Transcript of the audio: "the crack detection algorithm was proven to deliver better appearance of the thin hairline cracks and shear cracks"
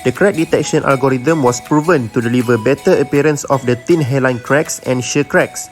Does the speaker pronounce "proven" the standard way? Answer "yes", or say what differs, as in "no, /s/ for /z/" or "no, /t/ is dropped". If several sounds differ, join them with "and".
yes